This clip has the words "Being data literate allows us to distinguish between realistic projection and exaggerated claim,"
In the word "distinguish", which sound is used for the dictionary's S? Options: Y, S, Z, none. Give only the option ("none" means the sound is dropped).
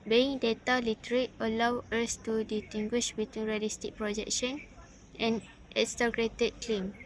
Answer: none